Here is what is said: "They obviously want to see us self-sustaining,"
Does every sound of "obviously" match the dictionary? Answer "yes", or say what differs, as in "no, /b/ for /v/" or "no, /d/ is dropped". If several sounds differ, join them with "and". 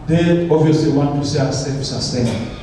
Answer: no, /b/ is dropped